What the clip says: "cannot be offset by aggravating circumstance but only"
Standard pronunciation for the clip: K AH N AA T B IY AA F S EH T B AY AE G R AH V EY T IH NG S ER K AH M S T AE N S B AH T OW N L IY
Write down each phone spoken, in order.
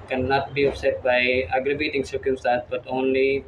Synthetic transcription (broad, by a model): K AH N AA T B IY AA P S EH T B AY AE G R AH B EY T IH NG S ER K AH M S T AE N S B AH T OW N L IY